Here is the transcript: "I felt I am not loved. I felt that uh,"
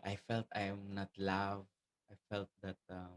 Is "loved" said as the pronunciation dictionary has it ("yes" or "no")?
no